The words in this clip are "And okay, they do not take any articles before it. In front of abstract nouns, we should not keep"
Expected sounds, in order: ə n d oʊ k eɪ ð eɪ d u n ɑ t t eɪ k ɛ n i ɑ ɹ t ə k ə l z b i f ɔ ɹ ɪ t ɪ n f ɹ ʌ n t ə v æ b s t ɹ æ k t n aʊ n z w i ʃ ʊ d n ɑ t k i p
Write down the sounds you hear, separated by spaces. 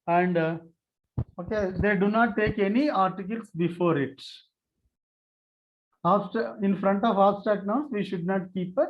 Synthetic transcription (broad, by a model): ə n d oʊ k eɪ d eɪ d u n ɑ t t eɪ k ɛ n i ɑ ɹ t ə k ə l s b i f ɔ ɹ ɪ t ɪ n f ɹ ʌ n t ə v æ s t æ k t n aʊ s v i ʃ ʊ d n ɑ t k i p